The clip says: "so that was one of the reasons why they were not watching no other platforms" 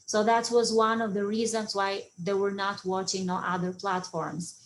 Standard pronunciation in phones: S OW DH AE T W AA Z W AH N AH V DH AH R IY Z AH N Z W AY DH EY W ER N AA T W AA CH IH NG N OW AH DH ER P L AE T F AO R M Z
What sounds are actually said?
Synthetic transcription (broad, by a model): S OW DH AE T W AA Z W AH N AH V DH AH R IY Z AH N Z W AY DH EY W ER N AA T W AA CH IH NG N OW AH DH ER P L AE T F AO R M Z